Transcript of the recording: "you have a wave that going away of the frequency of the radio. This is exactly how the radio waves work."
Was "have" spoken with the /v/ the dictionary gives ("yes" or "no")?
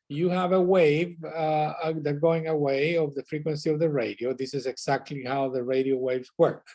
yes